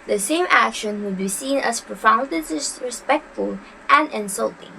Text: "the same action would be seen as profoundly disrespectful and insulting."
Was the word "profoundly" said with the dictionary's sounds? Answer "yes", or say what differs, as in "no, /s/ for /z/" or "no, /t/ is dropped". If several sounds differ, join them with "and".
no, /l/ is dropped